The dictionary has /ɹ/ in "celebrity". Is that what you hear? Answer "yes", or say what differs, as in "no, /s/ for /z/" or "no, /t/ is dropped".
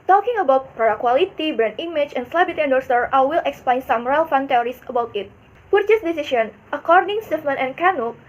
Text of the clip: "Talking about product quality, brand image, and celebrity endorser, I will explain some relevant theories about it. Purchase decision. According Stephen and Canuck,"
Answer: no, /ɹ/ is dropped